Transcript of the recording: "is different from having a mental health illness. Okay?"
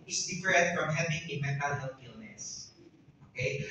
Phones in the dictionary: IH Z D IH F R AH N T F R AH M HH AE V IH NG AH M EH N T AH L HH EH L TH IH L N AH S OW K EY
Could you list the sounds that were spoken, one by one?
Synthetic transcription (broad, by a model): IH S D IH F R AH T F R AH M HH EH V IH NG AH M EH N T AH L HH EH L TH IH L N AH S OW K EY